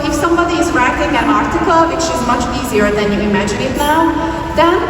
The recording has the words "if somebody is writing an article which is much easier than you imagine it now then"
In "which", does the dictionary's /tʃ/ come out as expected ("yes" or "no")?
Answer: no